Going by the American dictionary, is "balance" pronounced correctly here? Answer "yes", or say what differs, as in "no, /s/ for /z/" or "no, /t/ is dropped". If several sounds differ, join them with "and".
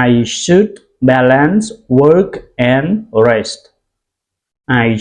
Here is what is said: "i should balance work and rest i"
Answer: yes